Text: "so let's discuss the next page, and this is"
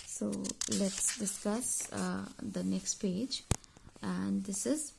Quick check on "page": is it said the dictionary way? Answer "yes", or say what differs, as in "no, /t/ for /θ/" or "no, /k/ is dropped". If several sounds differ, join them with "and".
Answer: yes